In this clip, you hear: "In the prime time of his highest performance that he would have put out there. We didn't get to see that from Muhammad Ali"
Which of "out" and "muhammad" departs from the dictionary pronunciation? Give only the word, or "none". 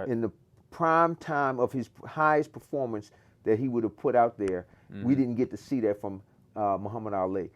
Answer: none